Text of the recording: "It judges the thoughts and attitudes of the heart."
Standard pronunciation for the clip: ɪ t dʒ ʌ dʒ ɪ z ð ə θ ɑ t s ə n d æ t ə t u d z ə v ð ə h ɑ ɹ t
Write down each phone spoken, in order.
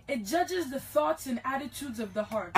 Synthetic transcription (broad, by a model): ɪ t dʒ ʌ dʒ ɪ z ð ə θ ɑ t s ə n æ t ə t u d z ə v ð ə h ɑ ɹ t